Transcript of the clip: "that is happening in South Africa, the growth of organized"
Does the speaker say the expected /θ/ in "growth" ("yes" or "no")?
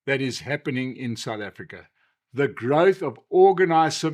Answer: yes